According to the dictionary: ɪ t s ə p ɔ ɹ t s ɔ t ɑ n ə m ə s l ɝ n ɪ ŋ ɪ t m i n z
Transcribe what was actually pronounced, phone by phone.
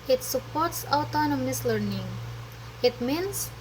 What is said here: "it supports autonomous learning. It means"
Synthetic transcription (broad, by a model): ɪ t s ə p ɔ ɹ t s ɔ t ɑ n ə m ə s l ɝ n ɪ ŋ ɪ t m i n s